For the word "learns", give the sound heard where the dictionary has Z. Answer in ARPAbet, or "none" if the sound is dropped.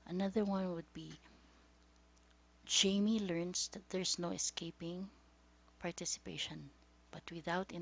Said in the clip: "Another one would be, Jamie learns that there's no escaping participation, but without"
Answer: S